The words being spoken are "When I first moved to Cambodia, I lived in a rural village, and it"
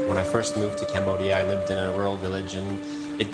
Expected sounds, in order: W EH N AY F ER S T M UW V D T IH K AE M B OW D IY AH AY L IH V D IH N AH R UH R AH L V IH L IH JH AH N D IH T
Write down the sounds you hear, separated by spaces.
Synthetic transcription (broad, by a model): W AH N AY F ER S T M UW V T IH K AE M B OW D IY AH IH L IH V D IH N AH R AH R L V IH L IH JH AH N IH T